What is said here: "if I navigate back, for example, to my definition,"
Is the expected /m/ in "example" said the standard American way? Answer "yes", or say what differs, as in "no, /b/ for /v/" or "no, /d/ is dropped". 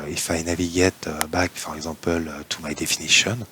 no, /m/ is dropped